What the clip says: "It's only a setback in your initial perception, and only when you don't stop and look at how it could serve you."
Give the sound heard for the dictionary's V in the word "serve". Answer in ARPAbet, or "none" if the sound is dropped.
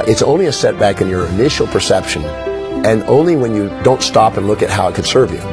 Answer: V